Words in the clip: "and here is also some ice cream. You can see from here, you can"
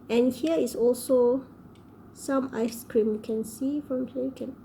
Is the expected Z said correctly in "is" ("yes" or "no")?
no